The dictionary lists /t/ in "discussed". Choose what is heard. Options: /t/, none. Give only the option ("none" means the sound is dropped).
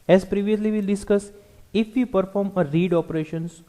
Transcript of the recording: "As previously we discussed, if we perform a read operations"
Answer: none